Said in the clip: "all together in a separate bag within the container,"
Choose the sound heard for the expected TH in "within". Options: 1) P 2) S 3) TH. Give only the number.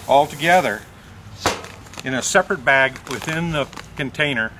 3